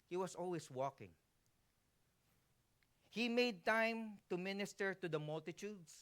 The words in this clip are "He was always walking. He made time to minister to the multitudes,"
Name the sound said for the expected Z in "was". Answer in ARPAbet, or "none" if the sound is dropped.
S